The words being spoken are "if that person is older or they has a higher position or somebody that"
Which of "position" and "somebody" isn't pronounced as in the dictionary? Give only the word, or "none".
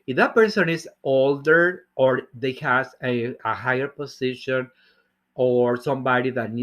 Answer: position